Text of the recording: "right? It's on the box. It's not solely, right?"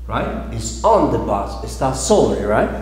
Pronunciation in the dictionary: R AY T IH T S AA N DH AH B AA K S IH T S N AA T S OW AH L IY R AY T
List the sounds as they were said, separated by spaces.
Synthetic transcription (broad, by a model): R AY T IH T S AA N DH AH B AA S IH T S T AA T S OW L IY R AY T